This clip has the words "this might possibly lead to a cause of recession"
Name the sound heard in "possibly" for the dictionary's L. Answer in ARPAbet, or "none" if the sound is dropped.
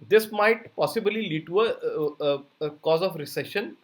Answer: L